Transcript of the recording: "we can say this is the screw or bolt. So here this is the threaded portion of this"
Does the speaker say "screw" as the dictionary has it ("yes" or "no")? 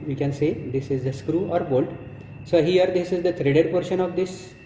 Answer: yes